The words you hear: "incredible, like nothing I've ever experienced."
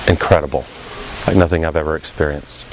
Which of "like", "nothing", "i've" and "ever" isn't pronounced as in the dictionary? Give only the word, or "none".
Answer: none